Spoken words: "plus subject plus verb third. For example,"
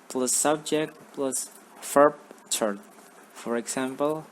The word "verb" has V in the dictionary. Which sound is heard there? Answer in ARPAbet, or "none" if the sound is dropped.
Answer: F